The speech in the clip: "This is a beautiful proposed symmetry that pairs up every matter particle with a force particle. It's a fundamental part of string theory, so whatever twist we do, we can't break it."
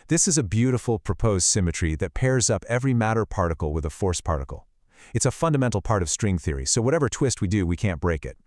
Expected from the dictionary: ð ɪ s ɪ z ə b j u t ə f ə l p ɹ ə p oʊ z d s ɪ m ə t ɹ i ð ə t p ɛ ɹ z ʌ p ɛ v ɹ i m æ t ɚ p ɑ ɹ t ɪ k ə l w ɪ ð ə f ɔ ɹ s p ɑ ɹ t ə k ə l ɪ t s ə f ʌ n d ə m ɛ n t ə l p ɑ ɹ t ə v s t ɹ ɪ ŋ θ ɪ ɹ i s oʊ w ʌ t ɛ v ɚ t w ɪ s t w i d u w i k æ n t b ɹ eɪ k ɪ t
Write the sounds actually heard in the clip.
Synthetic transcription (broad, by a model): ð ɪ s ɪ z ə b j u t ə f l p ɹ ə p oʊ z d s ɪ m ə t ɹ i ð ə t p ɛ ɹ z ʌ p ɛ v ɹ i m æ t ɚ p ɑ ɹ t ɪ k l w ɪ ð ə f ɔ ɹ s p ɑ ɹ t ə k l ɪ t s ə f ʌ n d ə m ɛ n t l p ɑ ɹ t ə v s t ɹ ɪ ŋ θ ɪ ɹ i s oʊ w ʌ t ɛ v ɚ t w ɪ s t w i d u w i k æ n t b ɹ eɪ k ɪ t